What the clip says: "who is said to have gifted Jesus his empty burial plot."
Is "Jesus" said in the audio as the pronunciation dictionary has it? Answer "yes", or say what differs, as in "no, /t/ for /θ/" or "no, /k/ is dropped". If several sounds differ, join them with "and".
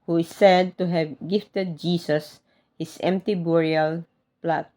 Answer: no, /s/ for /z/